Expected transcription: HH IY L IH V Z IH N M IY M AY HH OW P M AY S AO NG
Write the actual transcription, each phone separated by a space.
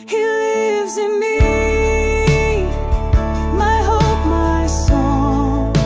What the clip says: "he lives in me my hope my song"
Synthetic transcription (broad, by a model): HH IY L IH V Z IH N M IY M AY HH OW P M AY S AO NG